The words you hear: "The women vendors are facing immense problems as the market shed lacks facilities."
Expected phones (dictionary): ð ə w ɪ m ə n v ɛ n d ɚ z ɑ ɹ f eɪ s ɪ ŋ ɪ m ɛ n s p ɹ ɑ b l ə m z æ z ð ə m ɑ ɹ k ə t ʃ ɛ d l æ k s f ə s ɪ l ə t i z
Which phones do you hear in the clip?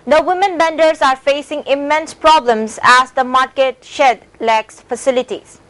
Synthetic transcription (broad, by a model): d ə w ɪ m ə n b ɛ n d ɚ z ɑ ɹ f eɪ s ɪ ŋ ɪ m ɛ n s p ɹ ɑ b l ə m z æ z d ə m ɑ ɹ k ə t ʃ ɛ d l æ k s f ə s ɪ l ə t i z